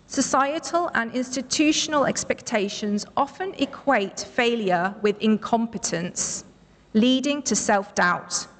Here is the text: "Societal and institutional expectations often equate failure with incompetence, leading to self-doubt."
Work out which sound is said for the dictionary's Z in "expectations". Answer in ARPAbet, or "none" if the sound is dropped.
Z